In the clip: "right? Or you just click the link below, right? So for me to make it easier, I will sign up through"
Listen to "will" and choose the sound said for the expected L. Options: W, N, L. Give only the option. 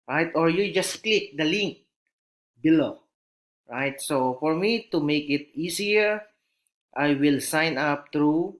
L